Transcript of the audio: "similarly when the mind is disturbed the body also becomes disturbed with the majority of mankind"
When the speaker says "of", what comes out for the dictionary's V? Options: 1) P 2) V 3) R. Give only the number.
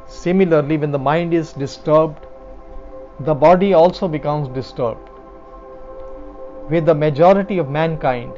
2